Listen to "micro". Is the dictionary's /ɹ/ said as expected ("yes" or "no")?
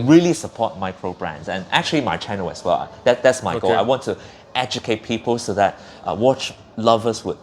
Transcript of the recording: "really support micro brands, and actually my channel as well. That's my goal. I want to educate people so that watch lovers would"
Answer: yes